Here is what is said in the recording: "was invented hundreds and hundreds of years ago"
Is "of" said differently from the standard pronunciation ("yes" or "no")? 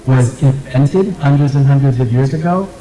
no